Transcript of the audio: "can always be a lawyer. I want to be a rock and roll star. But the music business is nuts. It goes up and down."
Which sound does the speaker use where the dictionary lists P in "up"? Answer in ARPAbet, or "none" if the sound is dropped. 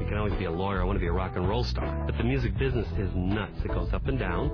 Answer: P